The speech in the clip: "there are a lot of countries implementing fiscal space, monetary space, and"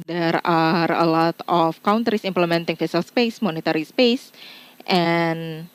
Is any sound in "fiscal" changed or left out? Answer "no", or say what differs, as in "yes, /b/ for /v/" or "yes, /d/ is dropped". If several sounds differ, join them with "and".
yes, /k/ is dropped